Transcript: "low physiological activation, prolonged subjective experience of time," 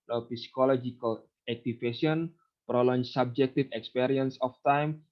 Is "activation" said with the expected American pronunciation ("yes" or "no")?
no